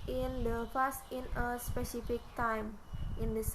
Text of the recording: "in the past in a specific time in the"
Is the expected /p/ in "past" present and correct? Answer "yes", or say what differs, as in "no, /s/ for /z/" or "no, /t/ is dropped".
no, /f/ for /p/